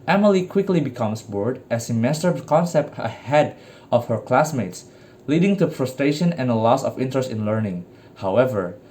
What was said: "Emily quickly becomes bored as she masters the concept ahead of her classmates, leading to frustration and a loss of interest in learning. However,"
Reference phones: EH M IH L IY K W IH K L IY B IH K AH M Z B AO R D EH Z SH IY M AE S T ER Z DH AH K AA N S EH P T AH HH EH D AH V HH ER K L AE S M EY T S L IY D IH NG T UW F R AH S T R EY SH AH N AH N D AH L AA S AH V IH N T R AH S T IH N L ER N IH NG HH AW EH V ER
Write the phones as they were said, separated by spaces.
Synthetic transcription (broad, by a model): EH M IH L IY K W IH K L IY B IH K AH M S B AO R D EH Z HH IY M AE S T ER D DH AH K AA N S EH P T AH HH EH D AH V HH ER K L AE S M EY T S L IY D IH NG T UW F R AH S T R EY SH AH N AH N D AH L AA S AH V IH N T R AH S T IH N L ER N IH NG HH AW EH V ER